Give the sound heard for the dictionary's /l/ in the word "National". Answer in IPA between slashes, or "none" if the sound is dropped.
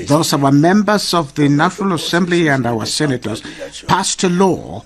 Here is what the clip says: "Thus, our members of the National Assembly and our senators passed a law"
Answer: /l/